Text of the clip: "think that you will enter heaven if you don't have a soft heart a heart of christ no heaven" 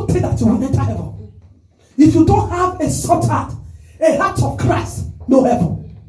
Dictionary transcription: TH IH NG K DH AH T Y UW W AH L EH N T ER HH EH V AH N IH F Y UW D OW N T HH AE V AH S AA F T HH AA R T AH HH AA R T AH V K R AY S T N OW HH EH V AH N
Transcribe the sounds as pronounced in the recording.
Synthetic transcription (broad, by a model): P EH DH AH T Y UW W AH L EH N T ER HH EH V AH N IH F Y UW D OW N T HH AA V AH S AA T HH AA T AH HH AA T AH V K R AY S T N OW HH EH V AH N